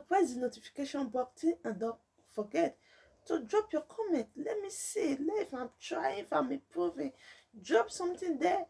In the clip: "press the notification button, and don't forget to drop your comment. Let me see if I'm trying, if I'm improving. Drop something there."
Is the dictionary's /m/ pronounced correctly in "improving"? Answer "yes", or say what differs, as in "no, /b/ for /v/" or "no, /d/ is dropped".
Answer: no, /m/ is dropped